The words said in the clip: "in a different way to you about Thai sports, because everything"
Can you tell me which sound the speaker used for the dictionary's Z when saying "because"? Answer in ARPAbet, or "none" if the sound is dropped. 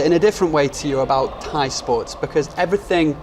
Z